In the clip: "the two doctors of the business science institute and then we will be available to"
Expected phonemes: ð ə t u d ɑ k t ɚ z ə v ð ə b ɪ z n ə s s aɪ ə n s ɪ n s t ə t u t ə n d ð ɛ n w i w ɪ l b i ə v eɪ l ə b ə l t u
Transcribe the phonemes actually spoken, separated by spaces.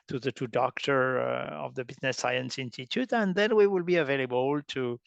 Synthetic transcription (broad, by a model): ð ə t u d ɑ k t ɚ ə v ð ə b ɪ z n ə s s aɪ ə n s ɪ n s t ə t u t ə n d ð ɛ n w i w ɪ l b i ə v eɪ l ə b ə l t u